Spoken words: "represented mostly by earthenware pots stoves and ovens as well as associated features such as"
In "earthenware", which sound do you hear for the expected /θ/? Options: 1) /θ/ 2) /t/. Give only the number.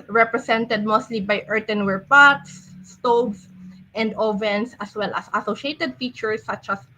2